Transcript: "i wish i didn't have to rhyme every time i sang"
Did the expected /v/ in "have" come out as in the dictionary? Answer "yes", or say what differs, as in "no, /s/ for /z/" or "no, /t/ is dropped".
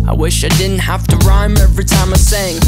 no, /f/ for /v/